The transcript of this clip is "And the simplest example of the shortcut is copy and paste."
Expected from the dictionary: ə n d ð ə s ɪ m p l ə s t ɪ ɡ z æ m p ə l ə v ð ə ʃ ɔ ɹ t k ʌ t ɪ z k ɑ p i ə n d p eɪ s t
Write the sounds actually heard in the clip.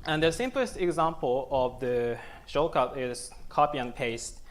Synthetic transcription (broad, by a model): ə n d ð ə s ɪ m p l ə s t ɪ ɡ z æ m p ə l ə v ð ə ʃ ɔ k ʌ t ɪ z k ɑ p i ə n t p eɪ s t